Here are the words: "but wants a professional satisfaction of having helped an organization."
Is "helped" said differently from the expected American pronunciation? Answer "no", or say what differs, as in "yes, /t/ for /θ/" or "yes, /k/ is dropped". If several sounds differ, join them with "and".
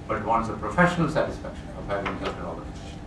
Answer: yes, /p/ is dropped